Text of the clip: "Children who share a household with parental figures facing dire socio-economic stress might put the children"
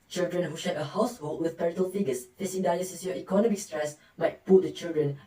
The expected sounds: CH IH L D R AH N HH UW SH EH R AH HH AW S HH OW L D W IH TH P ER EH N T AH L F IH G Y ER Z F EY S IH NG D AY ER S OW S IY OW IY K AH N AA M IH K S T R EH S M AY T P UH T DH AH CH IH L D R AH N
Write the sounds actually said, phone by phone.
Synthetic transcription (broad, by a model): CH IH L D R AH N HH UW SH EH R AH HH AW S HH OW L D W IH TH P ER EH T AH L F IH G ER S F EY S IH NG D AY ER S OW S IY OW IY K AH N AA M IH K S T R EH S M AY T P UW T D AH CH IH L D R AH N